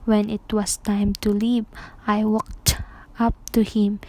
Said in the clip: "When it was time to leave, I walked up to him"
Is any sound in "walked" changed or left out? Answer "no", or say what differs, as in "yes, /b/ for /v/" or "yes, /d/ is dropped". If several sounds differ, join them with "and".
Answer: no